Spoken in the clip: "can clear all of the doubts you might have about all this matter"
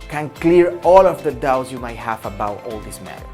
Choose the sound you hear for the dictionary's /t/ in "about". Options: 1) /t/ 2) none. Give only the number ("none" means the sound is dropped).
2